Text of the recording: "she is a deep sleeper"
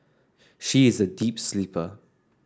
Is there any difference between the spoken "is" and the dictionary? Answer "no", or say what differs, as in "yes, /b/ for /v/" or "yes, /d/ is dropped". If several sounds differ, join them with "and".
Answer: no